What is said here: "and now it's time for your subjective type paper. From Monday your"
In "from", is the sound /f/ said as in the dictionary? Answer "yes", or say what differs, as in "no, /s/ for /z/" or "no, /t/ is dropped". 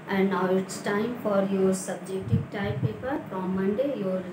no, /p/ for /f/